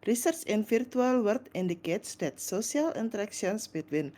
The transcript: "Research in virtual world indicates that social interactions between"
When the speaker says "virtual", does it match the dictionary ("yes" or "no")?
no